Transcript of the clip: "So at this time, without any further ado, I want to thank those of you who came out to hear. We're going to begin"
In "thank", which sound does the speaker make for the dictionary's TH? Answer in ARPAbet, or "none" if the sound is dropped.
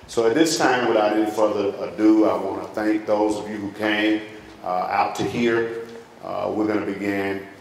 TH